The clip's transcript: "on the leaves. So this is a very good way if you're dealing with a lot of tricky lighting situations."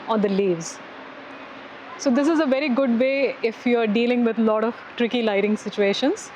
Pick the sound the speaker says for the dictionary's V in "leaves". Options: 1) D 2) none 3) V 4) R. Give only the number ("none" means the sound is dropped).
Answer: 3